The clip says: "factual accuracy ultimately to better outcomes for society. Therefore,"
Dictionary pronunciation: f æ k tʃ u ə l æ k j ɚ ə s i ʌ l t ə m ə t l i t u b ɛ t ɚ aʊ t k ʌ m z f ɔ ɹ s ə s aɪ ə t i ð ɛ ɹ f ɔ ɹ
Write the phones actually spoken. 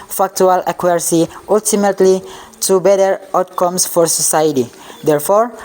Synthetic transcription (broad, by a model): f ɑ k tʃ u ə l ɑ k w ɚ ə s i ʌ l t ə m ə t l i t u b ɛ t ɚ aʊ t k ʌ m s f ɔ ɹ s ə s aɪ ə t i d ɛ ɹ f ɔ ɹ